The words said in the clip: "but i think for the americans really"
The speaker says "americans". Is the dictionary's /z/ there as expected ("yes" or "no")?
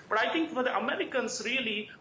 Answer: no